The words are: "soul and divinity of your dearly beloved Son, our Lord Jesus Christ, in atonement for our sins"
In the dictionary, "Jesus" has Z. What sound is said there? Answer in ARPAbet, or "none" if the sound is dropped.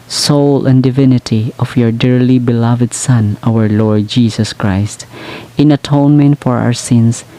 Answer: S